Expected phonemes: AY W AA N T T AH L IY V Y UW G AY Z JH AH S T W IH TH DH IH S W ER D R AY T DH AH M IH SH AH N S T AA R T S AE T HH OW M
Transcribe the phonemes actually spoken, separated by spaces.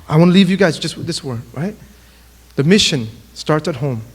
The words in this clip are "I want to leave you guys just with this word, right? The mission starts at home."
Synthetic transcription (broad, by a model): AY W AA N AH L IY V Y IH G AY Z JH AH S T W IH DH IH S W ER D R AY T DH AH M IH SH AH N S T AA R T S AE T HH OW M